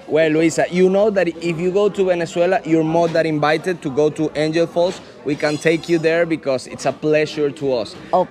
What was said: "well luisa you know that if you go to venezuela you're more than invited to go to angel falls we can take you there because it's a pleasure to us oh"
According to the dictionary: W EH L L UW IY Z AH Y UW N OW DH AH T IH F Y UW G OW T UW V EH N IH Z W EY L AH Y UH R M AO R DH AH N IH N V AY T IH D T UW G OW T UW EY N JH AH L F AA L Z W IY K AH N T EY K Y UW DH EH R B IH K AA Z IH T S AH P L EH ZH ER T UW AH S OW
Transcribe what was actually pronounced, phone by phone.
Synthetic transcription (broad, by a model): W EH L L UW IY S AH Y UW N OW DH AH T IH F Y UW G OW T UW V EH N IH S W EY L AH Y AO R M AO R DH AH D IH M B AY T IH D T UW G OW T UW EY N JH AH L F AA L S W IY K AH N T EY K Y UW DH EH R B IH K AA S IH T S AH P L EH SH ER T UW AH S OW